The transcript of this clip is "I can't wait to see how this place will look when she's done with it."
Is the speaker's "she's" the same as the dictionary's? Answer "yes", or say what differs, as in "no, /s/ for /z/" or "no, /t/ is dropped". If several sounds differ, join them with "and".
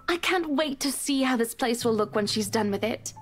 yes